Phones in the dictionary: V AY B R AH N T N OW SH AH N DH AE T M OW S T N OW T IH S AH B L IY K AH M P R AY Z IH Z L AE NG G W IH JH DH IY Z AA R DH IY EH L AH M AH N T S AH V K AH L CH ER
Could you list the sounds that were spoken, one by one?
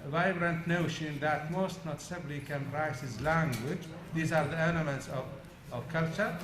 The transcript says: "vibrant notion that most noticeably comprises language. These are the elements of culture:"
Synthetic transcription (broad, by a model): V AY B R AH N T N OW SH AH N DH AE T M OW S T N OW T S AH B L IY K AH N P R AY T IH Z L AE NG G W IH JH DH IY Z AA R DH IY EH N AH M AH N T S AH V K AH L CH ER